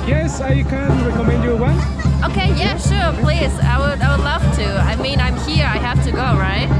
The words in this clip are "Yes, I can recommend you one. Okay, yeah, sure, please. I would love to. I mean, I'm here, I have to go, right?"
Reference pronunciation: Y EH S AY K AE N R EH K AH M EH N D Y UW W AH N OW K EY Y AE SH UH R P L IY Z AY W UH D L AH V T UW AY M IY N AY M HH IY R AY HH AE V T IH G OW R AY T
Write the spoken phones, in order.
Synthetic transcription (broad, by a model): Y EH S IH K AE N R EH K AH M EH N D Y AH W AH OW K EY Y AE SH UH R P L IY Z AY W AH D L AH V T UW AY M IY N AY M HH IY R AY HH AE F T IH G OW R AY T